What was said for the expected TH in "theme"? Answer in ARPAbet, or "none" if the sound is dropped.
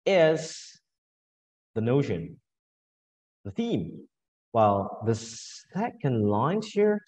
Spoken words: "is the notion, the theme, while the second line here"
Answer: TH